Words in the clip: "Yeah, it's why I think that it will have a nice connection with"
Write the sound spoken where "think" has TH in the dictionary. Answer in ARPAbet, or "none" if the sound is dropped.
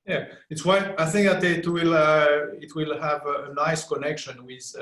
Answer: TH